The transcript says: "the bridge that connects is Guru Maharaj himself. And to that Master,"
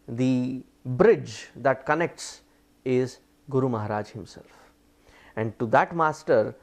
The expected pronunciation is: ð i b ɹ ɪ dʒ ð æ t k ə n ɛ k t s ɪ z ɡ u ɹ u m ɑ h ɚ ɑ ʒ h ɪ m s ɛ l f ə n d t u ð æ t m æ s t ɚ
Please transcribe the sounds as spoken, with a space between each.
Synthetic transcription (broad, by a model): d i b ɹ ɪ dʒ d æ t k ə n ɛ k t s ɪ z ɡ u ɹ u m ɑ h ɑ ɑ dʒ h ɪ m s ɛ l f ə n d t u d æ t m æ s t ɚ